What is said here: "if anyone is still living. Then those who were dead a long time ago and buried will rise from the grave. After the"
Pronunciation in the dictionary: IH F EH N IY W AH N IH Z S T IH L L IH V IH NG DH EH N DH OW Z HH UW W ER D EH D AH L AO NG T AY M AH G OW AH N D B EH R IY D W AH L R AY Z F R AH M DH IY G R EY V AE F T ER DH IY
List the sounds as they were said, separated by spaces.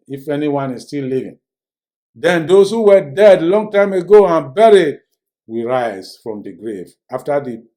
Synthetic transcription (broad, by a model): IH F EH N IY W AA N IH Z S T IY L L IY V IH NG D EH N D OW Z HH UW W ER D EH D L AO NG T AY M AH G OW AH N B EH R IY D W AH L R AY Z F R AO M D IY G R EY V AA F T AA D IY